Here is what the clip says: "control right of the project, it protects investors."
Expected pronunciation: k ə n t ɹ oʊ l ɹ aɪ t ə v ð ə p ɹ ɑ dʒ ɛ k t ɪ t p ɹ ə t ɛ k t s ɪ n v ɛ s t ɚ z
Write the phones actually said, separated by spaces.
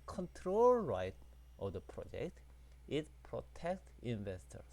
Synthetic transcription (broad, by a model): k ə n t ɹ oʊ l ɹ aɪ t ə v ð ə p ɹ ɑ dʒ ɛ k t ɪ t p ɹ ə t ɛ k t ɪ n v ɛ s t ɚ